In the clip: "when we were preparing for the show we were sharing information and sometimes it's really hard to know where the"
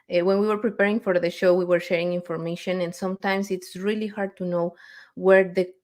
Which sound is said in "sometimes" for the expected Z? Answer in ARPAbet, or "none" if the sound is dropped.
S